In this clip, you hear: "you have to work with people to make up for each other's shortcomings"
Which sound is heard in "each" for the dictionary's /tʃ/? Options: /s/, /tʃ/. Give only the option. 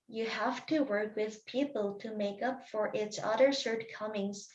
/s/